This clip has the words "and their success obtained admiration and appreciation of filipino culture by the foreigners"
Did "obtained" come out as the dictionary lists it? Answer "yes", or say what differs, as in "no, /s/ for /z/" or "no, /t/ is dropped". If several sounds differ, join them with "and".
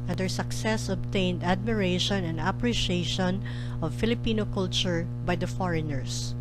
yes